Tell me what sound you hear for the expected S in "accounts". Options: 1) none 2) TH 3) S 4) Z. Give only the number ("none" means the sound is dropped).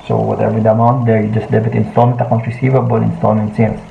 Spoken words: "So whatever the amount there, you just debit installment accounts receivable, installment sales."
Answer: 1